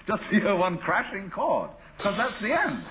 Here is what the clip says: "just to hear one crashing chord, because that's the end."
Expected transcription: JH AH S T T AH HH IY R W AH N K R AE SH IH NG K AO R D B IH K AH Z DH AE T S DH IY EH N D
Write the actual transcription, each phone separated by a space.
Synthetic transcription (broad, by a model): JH AH S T T AH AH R W AH N K R AE SH IH NG K AO R D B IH K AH Z DH AE T S DH IY EH N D